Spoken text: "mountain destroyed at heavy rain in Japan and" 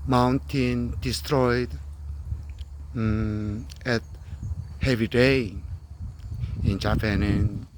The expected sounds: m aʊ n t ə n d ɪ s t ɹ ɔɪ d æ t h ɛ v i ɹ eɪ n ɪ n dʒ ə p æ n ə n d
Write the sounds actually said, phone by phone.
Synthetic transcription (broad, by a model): m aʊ n t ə n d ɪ s t ɹ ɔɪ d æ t h ɛ v i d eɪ ɪ n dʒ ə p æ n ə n